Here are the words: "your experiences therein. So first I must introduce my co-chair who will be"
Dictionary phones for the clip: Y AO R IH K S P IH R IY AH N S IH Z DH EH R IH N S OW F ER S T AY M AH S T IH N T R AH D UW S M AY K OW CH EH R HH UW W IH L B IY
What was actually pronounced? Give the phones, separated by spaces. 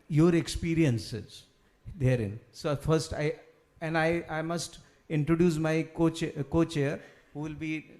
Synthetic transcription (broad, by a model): Y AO R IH K S P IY R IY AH N S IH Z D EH R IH N S OW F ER S T AY M AH S T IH N T R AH D UW S M AY K OW CH EH R HH UW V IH L B IY